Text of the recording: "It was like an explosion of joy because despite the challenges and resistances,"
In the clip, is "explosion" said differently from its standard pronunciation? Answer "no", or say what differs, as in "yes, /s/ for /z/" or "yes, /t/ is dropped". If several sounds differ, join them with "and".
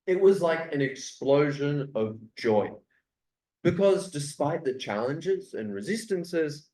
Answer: no